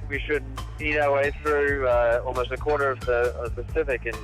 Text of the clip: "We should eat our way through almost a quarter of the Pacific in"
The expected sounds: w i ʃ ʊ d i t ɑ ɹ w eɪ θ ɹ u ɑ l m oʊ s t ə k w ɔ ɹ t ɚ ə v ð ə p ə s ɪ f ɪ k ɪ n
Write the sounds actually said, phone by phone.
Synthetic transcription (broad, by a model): w i ʃ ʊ d i t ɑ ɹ w eɪ θ ɹ u ɑ l m oʊ s t ə k w ɔ ɹ t ɚ ə v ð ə p ə s ɪ f ɪ k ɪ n